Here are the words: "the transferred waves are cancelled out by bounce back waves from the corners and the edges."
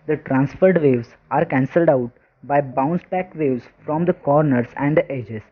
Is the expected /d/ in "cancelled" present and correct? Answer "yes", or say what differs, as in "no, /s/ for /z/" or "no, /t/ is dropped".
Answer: yes